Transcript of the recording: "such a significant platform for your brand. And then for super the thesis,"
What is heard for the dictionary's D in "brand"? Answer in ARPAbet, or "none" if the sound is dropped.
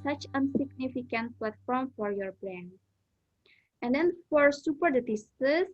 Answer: none